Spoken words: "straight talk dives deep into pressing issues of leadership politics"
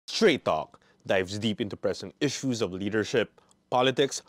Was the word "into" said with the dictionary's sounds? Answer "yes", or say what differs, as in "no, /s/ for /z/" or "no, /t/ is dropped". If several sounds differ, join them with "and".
yes